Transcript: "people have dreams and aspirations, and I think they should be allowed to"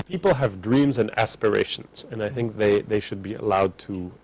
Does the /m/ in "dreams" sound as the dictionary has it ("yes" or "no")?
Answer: yes